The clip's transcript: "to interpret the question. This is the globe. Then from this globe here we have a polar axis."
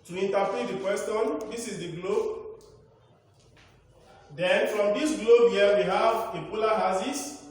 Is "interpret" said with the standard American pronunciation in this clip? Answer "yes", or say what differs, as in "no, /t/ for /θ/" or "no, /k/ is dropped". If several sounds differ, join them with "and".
no, /ɹ/ is dropped